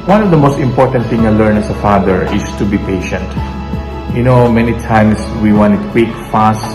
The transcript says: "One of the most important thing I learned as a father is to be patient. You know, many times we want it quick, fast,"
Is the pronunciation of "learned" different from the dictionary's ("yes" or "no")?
yes